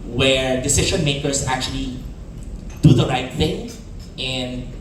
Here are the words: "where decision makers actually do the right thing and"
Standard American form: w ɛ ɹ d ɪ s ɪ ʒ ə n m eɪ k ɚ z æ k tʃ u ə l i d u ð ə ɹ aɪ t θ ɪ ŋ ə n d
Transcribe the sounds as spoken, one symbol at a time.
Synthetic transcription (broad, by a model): w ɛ ɹ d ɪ s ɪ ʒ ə n m eɪ k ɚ s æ k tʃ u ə l i d u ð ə ɹ aɪ t θ ɪ ŋ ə n d